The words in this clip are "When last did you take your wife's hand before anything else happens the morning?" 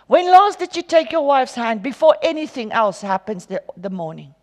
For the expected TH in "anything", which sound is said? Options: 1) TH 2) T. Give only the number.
1